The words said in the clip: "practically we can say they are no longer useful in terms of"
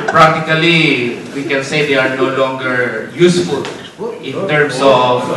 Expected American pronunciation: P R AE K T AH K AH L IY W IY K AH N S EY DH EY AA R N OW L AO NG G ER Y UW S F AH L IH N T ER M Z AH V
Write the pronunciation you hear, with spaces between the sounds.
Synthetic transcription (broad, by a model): P R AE K T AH K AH L IY W IY K AH N S EY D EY AA R N OW L AO NG G ER Y UW S F AH L IH N T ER M S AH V